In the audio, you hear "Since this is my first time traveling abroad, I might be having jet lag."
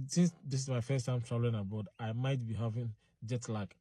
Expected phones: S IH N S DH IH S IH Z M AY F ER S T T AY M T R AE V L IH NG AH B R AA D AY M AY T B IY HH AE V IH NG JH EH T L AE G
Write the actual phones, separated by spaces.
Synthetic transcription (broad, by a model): S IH N S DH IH S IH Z M AY F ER S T T AY M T R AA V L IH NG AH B AA D AY M AY T B IY HH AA V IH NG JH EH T L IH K